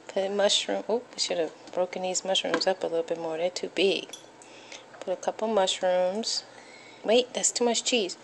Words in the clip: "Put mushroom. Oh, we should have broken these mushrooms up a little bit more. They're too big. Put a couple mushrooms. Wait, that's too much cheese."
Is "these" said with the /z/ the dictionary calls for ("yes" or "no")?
yes